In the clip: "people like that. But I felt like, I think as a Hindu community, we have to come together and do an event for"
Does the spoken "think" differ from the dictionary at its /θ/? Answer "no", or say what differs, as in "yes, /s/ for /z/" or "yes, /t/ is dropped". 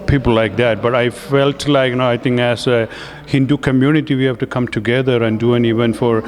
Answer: yes, /t/ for /θ/